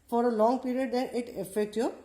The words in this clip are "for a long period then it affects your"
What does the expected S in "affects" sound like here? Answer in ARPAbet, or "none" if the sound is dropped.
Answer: none